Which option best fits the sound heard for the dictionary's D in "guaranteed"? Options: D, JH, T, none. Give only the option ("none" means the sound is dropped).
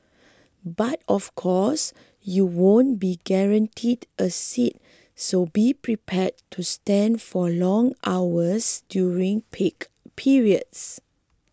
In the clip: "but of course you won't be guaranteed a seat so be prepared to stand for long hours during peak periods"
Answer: D